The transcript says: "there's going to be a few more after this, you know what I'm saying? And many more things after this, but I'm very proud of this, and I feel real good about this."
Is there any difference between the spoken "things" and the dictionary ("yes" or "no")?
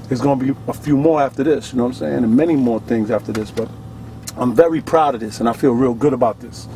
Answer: no